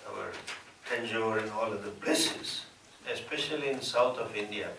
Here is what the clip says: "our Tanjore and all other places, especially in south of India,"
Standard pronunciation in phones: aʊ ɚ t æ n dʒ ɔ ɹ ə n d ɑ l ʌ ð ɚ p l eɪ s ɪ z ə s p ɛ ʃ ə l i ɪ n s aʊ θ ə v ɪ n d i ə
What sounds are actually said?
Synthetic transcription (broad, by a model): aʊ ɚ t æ n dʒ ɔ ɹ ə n ɑ l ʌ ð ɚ b l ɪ s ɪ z ə s p ɛ ʃ ə l i ɪ n s aʊ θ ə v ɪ n d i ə